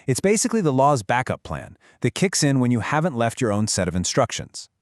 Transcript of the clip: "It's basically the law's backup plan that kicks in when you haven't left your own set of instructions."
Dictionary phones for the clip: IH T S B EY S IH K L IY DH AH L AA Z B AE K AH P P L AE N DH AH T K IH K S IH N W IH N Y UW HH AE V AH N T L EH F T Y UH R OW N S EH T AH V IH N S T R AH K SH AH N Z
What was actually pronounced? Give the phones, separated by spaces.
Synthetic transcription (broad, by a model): IH T S B EY S IH K L IY DH AH L AA Z B AE K AH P P L AE N DH AH T K IH K S IH N W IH N Y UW HH AE V AH N T L EH F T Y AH R OW N S EH T AH V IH N S T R AH K SH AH N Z